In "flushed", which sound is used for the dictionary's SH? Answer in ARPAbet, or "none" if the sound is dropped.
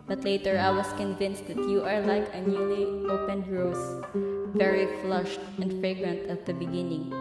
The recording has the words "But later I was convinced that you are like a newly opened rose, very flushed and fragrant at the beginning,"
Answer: SH